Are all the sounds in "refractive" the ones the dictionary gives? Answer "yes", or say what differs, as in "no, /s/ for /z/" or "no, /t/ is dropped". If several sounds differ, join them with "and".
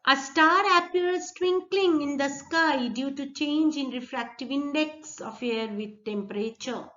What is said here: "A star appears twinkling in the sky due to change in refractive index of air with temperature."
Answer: yes